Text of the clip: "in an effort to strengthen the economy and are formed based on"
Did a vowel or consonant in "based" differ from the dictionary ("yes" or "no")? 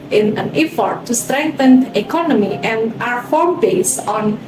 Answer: yes